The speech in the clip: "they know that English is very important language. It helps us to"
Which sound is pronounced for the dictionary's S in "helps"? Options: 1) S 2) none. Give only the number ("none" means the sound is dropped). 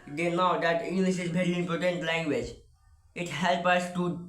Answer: 2